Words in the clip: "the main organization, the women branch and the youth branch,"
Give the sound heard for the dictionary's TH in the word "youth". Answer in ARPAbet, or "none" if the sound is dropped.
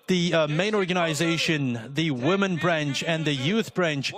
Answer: TH